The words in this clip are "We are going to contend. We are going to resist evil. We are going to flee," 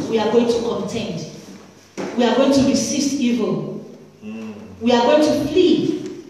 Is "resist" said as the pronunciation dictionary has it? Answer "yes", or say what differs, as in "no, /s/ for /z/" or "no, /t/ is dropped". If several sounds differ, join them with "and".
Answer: no, /s/ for /z/